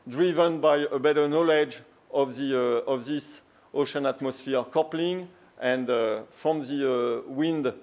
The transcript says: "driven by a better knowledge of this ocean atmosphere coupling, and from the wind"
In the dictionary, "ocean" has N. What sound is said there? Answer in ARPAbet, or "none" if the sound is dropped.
N